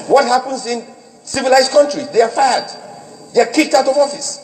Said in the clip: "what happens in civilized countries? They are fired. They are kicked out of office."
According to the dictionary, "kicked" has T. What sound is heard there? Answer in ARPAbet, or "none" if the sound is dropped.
T